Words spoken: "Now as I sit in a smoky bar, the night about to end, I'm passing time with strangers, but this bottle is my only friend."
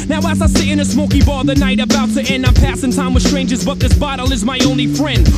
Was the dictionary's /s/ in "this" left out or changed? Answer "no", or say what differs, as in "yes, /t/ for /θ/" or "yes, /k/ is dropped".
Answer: no